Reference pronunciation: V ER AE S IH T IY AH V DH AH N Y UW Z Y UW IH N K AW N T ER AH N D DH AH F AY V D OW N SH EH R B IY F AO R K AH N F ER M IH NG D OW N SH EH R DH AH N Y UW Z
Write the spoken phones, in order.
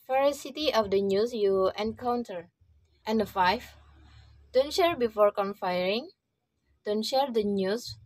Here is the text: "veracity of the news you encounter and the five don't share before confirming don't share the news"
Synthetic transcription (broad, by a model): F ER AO S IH T IY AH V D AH N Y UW S Y UW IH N K AW N T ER AH N D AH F AY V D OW N SH EH R B IY F AO R K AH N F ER IH NG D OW N SH EH R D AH N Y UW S